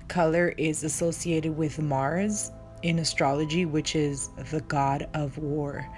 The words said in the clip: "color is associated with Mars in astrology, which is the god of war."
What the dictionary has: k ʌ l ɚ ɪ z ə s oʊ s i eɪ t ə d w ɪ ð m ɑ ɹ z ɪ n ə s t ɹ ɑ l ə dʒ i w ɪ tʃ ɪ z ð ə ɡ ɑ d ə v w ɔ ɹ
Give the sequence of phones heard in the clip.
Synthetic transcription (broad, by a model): k ʌ l ɚ ɪ z ə s oʊ s i eɪ t ə d w ɪ ð m ɑ ɹ z ɪ n ə s t ɹ ɑ l ə dʒ i w ɪ tʃ ɪ z ð ə ɡ ɑ d ə v w ɔ ɹ